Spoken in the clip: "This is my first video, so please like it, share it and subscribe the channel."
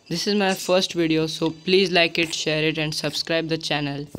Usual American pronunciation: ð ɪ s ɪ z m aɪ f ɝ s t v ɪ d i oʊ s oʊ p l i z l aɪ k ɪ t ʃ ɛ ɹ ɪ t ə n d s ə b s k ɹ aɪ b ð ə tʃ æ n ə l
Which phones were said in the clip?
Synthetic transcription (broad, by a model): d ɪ s ɪ z m aɪ f ɝ s t v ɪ d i oʊ s oʊ p l i z l aɪ k ɪ t ʃ ɛ ɹ ɪ t ə n d s ə b s k ɹ aɪ b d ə tʃ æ n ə l